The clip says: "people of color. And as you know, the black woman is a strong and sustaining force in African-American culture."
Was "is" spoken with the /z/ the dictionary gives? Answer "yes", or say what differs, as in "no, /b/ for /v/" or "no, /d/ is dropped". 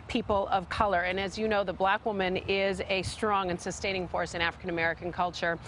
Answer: yes